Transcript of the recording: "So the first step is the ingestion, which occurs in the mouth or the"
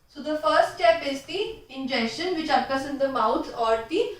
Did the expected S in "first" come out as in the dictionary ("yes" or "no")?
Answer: yes